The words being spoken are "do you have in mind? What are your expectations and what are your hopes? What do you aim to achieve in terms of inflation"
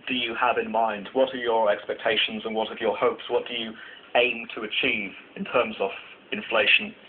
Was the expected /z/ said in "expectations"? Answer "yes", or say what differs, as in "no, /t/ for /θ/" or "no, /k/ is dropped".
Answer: yes